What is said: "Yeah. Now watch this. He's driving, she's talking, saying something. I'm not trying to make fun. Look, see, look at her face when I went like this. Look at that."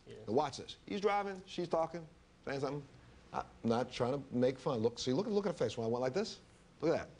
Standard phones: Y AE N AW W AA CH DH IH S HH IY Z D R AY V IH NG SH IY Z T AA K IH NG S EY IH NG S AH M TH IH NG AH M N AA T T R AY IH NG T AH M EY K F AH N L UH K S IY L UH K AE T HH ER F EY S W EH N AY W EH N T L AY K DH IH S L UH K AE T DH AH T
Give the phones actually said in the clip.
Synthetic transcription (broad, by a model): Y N W AA CH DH IH S HH IY Z D R AY V IH NG SH IY Z T AA K IH NG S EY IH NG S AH TH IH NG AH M N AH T T R AY IH NG T AH M EY K F AH N L UH K S IY L UH K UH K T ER F EY S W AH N AY W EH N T L AY K DH IH S L UH K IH T DH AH T